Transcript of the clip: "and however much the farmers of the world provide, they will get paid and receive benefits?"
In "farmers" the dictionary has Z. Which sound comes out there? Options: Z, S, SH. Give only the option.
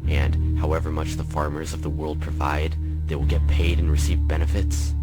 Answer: Z